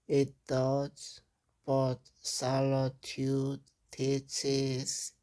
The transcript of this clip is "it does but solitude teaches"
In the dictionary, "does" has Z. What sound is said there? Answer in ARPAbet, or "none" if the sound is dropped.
S